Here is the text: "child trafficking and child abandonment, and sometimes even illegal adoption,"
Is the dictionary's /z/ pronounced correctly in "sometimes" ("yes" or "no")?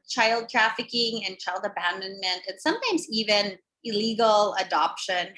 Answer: yes